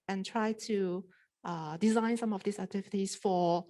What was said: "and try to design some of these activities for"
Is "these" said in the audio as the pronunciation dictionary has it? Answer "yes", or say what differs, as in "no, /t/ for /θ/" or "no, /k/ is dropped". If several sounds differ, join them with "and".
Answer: no, /s/ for /z/